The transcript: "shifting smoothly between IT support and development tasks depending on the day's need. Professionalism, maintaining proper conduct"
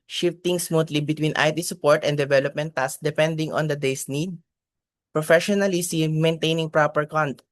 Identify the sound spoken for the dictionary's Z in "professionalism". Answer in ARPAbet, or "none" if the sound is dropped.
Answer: S